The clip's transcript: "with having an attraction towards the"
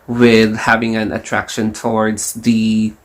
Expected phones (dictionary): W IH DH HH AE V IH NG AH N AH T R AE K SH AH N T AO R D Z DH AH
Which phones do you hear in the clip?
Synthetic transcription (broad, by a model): W IH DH HH AE V IH NG AH N AH T R AE K SH AH N T AO R D Z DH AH